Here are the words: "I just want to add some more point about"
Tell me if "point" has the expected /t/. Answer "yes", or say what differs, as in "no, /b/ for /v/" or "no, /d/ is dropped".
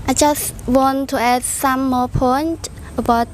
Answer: yes